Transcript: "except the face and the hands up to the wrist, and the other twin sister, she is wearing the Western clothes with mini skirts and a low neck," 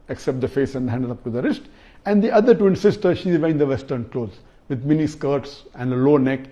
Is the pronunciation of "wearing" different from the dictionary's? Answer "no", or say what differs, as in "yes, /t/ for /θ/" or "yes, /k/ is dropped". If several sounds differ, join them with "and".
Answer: yes, /ɹ/ is dropped